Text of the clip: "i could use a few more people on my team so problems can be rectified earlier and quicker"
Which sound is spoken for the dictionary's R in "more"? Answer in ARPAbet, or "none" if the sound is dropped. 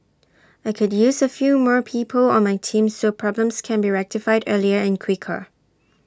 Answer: R